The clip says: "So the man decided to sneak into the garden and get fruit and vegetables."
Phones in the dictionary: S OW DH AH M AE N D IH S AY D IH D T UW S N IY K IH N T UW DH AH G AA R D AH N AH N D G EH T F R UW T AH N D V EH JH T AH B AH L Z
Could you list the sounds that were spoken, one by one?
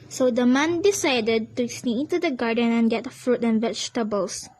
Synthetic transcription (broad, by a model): S OW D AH M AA N D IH S AY D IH D T UW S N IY IH N T UW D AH G AA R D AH N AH N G EH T F R UW T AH N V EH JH T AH B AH L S